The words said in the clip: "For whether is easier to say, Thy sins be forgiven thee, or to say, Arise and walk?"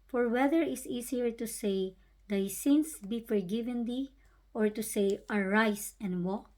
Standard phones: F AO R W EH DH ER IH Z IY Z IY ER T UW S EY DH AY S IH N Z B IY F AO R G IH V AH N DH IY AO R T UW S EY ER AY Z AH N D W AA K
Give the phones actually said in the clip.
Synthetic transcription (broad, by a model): F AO R W EH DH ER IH S IY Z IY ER T UW S EY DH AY S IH N S B IY F AO R G IH V AH N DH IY AO R T UW S EY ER AY S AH N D W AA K